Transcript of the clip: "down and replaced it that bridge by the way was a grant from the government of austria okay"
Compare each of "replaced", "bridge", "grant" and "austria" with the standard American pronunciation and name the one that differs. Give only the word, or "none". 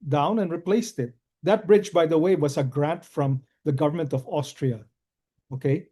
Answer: none